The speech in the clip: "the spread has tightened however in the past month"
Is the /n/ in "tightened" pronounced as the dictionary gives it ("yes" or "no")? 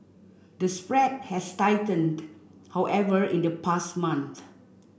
yes